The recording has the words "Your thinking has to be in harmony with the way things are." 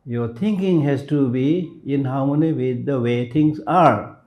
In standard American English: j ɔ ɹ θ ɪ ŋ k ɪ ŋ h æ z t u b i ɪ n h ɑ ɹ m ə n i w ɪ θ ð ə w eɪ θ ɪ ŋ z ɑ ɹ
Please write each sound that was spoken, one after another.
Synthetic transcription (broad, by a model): j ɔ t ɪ ŋ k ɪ ŋ h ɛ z t u b i ɪ n h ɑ w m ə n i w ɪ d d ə w eɪ t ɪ ŋ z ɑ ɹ